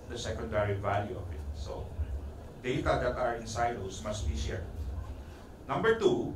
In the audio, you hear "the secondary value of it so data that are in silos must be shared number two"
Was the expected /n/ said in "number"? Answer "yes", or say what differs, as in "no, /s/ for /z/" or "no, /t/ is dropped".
yes